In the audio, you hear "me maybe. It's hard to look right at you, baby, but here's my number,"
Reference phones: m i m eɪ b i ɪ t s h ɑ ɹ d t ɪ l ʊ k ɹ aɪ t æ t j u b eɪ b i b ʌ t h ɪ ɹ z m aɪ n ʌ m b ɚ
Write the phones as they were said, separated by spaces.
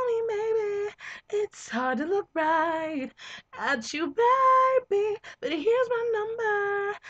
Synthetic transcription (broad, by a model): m i m eɪ b i ɪ t s h ɑ ɹ d t ɪ l ʊ k ɹ aɪ t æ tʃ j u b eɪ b i b ʌ t h ɪ ɹ z m aɪ n ʌ m b ɚ